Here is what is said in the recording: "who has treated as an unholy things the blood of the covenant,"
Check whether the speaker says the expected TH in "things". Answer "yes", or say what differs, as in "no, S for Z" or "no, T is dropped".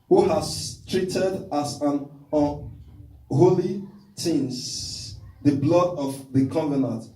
no, T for TH